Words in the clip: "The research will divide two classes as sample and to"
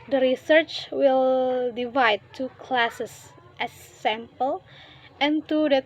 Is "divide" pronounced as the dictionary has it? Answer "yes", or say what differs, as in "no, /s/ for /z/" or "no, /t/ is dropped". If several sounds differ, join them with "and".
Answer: yes